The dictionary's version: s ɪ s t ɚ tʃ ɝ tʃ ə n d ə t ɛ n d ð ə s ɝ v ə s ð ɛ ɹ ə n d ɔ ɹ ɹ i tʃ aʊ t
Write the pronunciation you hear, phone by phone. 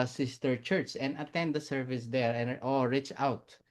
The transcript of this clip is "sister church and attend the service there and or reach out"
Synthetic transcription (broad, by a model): s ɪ s t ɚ tʃ ɝ tʃ ə n d ə t ɛ n d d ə s ɝ v ə s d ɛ ɹ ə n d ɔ l ɹ i tʃ aʊ t